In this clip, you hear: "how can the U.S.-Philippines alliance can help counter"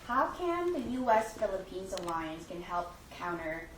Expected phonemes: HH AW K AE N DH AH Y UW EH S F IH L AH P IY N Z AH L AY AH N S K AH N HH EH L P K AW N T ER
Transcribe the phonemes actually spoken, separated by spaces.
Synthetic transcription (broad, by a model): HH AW K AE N DH AH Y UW EH S F IH L AH P IY N Z AH L AY AH N S K AH N HH EH L P K AW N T ER